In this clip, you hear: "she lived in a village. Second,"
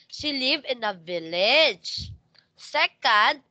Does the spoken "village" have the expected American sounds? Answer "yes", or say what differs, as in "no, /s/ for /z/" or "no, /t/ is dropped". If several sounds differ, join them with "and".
yes